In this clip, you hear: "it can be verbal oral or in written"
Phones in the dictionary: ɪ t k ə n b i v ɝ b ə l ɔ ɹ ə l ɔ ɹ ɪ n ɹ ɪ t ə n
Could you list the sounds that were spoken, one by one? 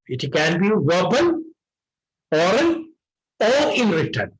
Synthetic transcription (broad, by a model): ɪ t k ə n b i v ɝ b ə n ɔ ɹ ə n ɔ ɹ ɪ n ɹ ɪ t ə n